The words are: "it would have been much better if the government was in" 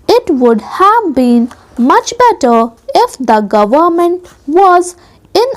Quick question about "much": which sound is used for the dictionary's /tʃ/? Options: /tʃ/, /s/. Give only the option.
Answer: /tʃ/